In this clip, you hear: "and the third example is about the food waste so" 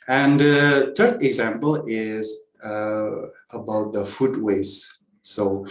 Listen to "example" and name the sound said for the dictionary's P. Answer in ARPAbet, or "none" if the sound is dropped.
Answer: P